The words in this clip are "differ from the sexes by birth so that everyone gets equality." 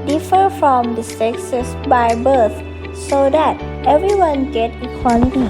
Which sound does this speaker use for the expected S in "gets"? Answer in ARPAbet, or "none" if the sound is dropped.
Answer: none